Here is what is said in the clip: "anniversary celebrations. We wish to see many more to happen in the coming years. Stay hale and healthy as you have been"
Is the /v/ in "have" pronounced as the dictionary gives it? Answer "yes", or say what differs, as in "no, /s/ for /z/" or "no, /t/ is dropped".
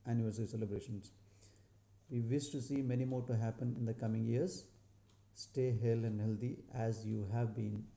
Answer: yes